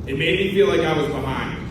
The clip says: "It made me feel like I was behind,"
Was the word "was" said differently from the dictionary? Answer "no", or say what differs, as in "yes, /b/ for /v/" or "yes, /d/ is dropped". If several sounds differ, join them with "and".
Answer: no